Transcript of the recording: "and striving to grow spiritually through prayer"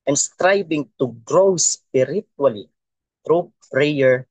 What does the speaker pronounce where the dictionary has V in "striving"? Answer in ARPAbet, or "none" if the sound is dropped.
B